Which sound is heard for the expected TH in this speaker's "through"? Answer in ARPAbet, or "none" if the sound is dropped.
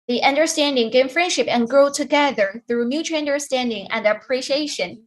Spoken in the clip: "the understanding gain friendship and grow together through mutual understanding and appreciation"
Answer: TH